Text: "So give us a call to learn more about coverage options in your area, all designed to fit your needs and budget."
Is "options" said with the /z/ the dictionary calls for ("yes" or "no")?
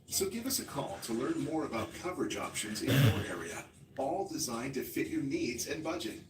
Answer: yes